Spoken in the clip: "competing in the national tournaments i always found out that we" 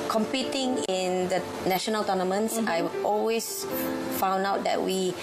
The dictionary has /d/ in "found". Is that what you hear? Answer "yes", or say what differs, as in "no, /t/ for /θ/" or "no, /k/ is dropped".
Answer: yes